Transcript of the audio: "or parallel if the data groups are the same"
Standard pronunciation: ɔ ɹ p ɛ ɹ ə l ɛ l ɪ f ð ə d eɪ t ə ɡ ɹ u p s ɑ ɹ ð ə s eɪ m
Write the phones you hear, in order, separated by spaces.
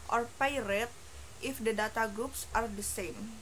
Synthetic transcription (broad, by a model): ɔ ɹ p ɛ ɹ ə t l ɪ f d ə d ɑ t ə ɡ ɹ u p s ɑ ɹ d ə s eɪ m